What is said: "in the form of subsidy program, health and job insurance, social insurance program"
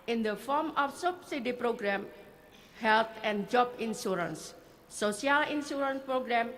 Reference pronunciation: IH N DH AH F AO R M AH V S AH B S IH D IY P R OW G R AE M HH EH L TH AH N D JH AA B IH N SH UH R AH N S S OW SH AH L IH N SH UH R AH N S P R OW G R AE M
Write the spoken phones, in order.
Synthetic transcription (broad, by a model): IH N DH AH F AO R M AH F S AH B S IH D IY P R OW G R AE M HH EH L T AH N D JH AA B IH N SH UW R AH N S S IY AH L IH N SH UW R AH N S P R OW G R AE M